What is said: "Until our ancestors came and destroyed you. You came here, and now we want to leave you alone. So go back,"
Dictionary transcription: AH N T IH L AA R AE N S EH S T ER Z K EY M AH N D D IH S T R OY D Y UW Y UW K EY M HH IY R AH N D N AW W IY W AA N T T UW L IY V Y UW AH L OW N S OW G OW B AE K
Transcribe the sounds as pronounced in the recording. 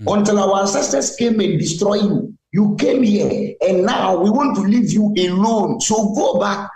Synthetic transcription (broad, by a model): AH N T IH L AA W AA S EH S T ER S K EY M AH N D D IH S T R OY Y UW Y UW K EY M HH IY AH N N AW W IY W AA N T T UW L IY V Y UW AH L OW N S OW G OW B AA K